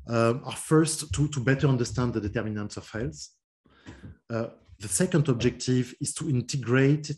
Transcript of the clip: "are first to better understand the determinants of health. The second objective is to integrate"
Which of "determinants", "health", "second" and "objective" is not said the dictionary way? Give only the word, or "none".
health